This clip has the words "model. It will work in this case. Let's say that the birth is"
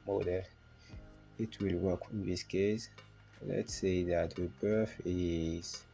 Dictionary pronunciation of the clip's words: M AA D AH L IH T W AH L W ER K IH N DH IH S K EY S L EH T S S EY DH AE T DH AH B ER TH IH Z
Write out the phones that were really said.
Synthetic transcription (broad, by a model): M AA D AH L IH T W AH L W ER K IH N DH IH S K EY S L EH T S S EY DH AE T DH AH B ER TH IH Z